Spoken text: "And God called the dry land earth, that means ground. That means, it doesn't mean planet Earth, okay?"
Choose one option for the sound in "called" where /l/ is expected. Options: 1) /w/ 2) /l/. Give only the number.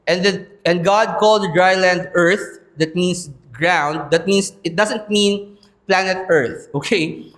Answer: 2